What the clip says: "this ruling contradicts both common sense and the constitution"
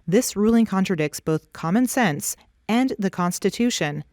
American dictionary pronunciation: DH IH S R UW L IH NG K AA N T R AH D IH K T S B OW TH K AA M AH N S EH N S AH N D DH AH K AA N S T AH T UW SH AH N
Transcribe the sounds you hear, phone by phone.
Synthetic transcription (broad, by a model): DH IH S R UW L IH NG K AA N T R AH D IH K T S B OW TH K AA M AH N S EH N S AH N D DH AH K AA N S T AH T UW SH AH N